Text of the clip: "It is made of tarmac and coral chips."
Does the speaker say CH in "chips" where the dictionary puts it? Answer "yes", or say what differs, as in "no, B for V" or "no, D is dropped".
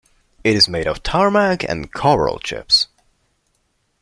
yes